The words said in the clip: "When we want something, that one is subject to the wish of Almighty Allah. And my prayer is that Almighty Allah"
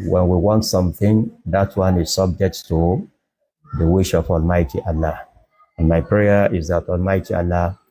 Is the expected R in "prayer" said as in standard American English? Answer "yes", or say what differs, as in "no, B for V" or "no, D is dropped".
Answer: yes